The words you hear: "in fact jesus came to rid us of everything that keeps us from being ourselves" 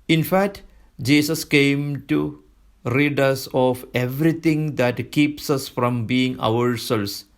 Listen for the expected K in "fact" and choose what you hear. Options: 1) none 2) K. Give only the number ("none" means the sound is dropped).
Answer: 2